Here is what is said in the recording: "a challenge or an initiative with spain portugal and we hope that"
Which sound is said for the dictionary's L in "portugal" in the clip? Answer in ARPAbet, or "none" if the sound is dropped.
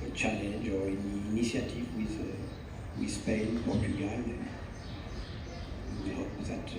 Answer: N